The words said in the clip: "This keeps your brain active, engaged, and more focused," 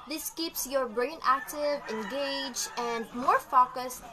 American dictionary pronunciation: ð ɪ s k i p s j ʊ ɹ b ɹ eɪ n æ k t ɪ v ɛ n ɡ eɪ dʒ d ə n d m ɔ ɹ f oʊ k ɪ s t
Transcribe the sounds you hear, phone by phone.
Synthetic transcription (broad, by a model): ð ɪ s k i p s j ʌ ɹ b ɹ eɪ n æ k t ɪ v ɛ n ɡ eɪ dʒ ə n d m ɔ ɹ f oʊ k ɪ s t